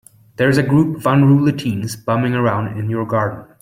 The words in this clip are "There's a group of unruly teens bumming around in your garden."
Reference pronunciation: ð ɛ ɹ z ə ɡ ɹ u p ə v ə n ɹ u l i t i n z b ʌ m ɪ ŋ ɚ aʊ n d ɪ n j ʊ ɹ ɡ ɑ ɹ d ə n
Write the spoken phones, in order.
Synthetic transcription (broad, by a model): ð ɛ ɹ z ə ɡ ɹ u p ə v ə n ɹ u l i t i n z b ʌ m ɪ ŋ ɚ aʊ n d ɪ n j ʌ ɹ ɡ ɑ ɹ d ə n